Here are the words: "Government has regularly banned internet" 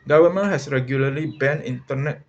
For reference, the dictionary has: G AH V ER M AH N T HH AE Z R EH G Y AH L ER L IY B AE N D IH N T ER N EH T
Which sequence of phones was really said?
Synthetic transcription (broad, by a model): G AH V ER M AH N HH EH S R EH G Y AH L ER L IY B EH N IH N T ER N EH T